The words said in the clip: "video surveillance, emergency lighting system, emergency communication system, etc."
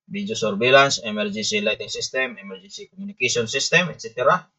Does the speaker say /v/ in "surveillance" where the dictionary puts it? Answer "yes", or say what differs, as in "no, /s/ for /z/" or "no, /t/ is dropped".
no, /b/ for /v/